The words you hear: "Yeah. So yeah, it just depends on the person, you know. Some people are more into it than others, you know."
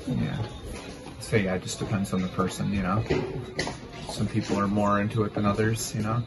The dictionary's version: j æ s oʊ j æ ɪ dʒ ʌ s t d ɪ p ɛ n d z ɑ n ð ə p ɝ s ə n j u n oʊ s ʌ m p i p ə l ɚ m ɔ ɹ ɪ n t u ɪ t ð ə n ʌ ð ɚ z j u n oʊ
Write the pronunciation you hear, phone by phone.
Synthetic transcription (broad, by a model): j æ s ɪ j æ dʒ ʌ s d ɪ p ɛ n d z n ð ə p ɝ s ə n j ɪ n oʊ s ʌ m p i p l ɚ m ɔ ɹ ɪ n t u ɪ t ð ə n ʌ ð ɚ z j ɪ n oʊ